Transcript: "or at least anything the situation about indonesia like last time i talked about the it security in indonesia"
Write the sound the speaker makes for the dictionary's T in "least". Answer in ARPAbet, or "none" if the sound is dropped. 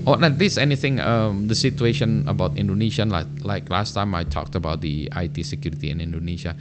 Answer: none